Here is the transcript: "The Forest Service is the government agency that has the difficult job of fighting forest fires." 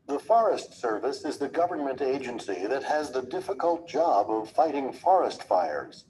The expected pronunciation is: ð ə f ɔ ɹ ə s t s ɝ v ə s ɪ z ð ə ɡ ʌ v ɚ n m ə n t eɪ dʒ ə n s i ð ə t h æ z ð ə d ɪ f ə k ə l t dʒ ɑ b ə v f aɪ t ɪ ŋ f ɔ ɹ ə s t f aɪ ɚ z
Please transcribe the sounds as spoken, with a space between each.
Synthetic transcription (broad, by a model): ð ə f ɔ ɹ ə s t s ɝ v ə s ɪ z ð ə ɡ ʌ v ɚ n m ə n t eɪ dʒ ə n s i ð ə t h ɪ z ð ə d ɪ f ə k ə l t dʒ ɑ b ə v f aɪ t ɪ ŋ f ɔ ɹ ə s t f aɪ ɚ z